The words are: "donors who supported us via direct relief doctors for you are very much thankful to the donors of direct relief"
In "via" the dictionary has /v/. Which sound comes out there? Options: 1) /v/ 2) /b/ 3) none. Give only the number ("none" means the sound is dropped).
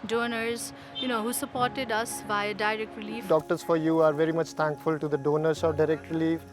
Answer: 2